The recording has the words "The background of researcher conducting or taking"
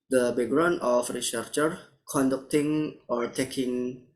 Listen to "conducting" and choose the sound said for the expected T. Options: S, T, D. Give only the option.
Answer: T